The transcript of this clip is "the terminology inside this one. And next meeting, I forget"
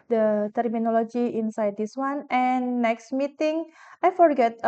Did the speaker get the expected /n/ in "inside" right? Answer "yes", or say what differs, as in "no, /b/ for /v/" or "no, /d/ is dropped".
yes